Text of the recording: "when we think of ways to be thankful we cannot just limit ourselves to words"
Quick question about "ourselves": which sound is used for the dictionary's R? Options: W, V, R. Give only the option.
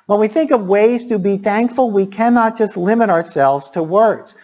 R